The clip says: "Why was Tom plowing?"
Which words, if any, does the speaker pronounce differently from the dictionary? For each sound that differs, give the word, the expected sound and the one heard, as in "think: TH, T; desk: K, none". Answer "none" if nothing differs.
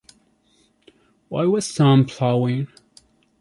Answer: tom: T, S